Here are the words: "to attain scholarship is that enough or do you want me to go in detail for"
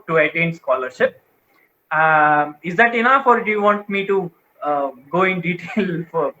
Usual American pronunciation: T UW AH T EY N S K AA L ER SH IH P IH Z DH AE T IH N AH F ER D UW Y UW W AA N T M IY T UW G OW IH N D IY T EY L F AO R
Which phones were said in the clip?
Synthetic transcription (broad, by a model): T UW AH T EY N S K AA L ER SH IH P IH Z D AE T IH N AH F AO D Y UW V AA N T M IY T UW G OW IH N D IY T EY L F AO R